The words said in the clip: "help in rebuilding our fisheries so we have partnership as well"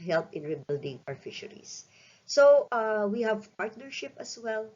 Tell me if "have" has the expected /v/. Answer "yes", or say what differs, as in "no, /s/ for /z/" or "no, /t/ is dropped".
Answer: yes